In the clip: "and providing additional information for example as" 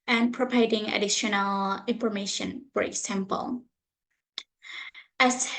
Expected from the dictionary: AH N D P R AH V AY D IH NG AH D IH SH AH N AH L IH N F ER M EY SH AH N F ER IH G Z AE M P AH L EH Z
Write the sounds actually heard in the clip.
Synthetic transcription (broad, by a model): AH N P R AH P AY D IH NG AH D IH SH AH N AH L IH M F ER M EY SH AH N F ER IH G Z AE M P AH L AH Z